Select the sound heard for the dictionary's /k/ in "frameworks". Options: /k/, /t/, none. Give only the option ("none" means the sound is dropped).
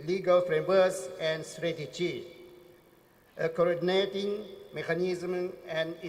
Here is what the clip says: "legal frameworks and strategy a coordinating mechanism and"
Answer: none